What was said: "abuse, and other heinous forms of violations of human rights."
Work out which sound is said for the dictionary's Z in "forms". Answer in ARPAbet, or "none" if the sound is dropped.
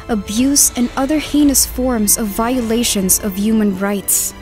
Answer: Z